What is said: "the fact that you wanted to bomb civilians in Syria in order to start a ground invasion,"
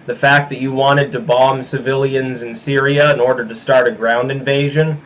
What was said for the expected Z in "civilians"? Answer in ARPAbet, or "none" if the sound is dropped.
Z